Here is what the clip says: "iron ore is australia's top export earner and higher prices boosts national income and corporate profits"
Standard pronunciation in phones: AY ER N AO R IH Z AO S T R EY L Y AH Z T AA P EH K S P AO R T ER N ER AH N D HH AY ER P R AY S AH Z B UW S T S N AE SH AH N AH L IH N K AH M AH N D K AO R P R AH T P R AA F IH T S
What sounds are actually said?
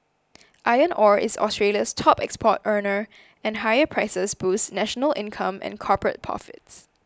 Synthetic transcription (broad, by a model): AY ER N AO R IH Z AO S T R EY L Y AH S T AA P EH K S P AO T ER N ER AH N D HH AY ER P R AY S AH S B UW S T N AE SH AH N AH L IH N K AH M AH N K AO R P R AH T P R AA F IH T S